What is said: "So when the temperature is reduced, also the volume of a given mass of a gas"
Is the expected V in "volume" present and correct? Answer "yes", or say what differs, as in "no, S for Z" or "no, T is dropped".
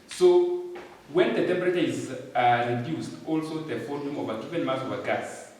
no, F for V